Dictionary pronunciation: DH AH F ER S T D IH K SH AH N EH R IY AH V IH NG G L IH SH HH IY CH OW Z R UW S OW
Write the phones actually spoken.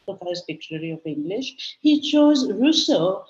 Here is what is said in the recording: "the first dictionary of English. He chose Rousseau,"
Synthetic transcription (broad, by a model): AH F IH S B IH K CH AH L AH R IY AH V IH NG G L IH SH HH IY CH OW Z R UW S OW